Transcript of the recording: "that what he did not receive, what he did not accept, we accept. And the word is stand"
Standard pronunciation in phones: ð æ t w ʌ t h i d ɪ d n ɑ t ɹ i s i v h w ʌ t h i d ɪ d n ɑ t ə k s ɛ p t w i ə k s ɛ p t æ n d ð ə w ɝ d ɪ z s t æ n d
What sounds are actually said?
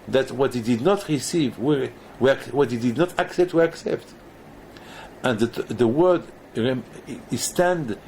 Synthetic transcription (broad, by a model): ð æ t w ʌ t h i d ɪ d n ɑ t ɹ i s i v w w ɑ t h i d ɪ d n ɑ t ə k s ɛ p t w i ə k s ɛ p t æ n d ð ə w ɝ d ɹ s t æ n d